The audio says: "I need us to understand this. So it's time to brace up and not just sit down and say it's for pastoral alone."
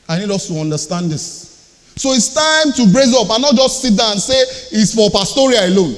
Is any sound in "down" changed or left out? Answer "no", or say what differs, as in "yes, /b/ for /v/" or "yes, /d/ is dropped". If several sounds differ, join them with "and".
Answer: yes, /n/ is dropped